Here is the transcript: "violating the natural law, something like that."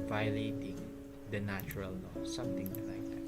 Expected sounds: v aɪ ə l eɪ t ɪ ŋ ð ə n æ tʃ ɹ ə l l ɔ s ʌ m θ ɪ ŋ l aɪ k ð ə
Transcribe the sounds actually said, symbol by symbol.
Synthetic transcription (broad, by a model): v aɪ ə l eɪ t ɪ ŋ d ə n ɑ tʃ ɹ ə l n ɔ s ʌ m t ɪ ŋ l aɪ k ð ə